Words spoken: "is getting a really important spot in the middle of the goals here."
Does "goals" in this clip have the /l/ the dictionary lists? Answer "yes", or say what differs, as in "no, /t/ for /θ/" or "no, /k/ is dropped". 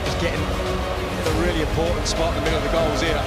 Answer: yes